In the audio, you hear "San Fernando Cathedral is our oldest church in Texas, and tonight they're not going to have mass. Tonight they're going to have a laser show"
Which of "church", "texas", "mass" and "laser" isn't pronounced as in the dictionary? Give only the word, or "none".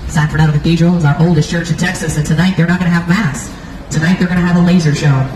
none